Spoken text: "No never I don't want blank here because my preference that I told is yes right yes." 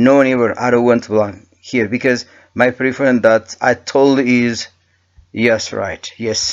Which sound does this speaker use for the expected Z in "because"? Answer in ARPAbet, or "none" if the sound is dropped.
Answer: Z